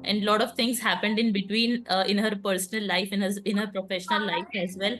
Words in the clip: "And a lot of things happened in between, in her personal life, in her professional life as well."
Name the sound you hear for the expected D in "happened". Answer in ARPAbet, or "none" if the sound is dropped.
D